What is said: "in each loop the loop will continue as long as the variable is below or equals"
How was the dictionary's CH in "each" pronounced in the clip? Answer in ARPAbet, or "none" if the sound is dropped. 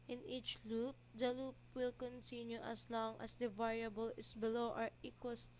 CH